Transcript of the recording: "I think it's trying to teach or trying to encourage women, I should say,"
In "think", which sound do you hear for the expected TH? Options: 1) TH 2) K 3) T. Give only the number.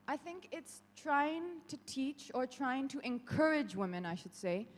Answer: 1